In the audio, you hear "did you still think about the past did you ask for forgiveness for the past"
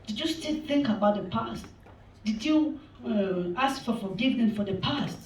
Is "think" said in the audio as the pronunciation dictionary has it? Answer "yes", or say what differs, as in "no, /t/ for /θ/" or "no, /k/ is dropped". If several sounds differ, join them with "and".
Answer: yes